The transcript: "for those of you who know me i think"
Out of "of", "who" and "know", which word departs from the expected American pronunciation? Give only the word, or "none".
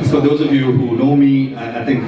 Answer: none